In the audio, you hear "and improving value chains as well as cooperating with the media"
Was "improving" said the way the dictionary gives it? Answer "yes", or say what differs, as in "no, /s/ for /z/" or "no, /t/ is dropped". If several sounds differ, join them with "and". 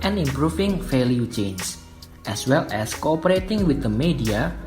no, /f/ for /v/